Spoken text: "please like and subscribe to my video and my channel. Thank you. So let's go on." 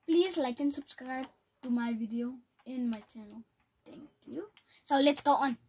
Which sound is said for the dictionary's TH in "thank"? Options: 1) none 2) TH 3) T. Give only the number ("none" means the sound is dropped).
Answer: 3